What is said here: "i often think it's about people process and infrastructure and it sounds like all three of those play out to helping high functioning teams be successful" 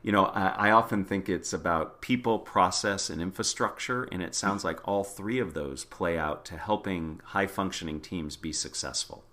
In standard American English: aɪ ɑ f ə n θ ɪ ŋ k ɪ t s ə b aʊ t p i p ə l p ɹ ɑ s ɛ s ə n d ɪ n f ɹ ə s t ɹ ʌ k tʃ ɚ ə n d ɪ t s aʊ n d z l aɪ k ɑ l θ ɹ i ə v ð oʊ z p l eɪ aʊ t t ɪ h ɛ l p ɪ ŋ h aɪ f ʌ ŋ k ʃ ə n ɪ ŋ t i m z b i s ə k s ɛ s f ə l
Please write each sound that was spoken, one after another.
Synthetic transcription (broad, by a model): aɪ ɑ f ə n θ ɪ ŋ k ɪ t s ə b aʊ t p i p l p ɹ ɑ s ɛ s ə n ɪ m f ɹ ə s t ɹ ʌ k tʃ ɚ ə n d ɪ t s aʊ n d z l aɪ k ɑ l θ ɹ i ə v ð oʊ z p l eɪ aʊ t t ɪ h ɛ l p ɪ ŋ h aɪ f ʌ ŋ k ʃ ə n ɪ ŋ t i m z b i s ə k s ɛ s f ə l